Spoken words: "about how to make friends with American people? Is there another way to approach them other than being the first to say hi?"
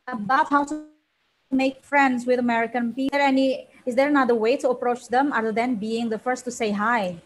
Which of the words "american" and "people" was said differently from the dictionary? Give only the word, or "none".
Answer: people